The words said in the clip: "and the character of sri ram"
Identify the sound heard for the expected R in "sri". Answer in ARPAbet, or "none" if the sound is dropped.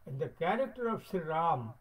none